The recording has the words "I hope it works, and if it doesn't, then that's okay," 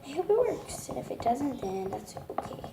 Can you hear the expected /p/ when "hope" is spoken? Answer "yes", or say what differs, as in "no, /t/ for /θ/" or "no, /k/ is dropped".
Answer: no, /b/ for /p/